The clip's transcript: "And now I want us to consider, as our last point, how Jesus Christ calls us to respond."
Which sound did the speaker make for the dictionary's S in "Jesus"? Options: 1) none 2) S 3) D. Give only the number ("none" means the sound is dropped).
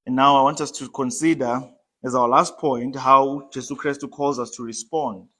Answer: 1